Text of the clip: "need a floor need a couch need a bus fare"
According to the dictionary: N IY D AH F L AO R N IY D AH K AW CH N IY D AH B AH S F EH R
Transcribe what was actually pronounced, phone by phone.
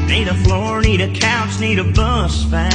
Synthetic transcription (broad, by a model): N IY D AH F L AO R N IY D AH K AW S N IY D AH B AH S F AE